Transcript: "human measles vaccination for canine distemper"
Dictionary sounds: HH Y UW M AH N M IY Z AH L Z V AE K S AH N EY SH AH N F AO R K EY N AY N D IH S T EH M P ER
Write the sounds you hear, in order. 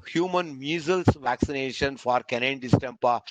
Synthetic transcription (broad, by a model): HH Y UW M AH N M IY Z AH L S V AE K S AH N EY SH AH N F AO R K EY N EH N D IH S T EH M P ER